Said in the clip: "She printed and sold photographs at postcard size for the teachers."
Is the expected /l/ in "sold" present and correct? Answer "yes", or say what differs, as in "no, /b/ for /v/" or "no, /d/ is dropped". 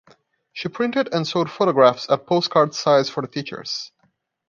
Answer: no, /l/ is dropped